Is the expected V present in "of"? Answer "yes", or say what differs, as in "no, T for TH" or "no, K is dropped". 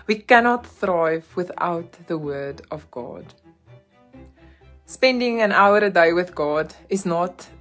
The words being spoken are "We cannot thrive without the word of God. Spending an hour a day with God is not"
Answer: yes